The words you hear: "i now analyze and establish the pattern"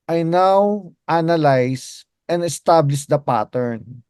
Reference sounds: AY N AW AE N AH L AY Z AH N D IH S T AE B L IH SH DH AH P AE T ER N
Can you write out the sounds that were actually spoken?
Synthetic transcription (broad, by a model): AY N AW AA N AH L AY S AH N D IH S T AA B L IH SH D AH P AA T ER N